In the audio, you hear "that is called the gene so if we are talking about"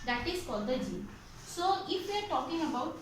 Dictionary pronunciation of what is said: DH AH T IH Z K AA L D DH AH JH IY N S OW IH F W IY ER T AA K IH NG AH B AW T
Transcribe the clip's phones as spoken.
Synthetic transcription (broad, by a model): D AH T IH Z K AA D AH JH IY S OW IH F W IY ER T AA K IH NG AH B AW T